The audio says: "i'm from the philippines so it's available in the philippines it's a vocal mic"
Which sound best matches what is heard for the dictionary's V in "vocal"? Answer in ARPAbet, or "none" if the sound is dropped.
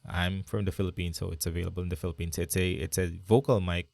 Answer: V